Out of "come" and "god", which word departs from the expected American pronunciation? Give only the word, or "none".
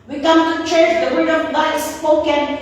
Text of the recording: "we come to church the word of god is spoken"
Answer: god